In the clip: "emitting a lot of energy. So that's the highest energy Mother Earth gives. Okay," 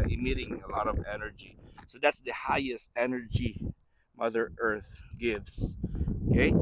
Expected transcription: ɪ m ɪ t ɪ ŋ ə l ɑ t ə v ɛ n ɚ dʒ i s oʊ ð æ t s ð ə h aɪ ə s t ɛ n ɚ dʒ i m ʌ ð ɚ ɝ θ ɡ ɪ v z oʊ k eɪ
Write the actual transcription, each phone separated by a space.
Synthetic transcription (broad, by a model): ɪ m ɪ t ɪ ŋ ə l ɑ t ə v ɛ n ɚ dʒ i s oʊ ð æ t s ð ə h aɪ ə s t ɛ n ɚ dʒ i m ʌ ð ɚ ɝ θ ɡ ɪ v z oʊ k eɪ